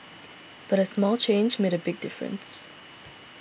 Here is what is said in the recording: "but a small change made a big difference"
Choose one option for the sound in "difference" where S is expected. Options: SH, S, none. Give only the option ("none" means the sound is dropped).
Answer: S